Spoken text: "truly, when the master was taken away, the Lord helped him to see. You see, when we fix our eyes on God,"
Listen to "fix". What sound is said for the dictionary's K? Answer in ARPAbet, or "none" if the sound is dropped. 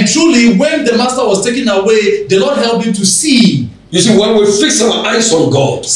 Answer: K